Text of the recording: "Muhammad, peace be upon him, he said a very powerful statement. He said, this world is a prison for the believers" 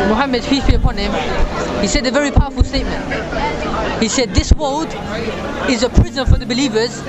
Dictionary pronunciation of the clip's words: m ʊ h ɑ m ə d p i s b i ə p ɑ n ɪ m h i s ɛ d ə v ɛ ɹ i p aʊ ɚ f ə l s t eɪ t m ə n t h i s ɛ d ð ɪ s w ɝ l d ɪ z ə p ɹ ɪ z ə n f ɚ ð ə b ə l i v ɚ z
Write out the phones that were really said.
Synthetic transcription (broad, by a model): m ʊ h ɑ m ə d f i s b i ə p ɑ n ɪ m h i s ɛ d ə v ɛ ɹ i p aʊ ɚ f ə l s t eɪ t m ə n t h i s ɛ d ð ɪ s w ɝ l d ɪ z ə p ɹ ɪ z ə n f ɚ ð ə b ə l i v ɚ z